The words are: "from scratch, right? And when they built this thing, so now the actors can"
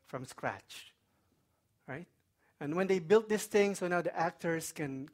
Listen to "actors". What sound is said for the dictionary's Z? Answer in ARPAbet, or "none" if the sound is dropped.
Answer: S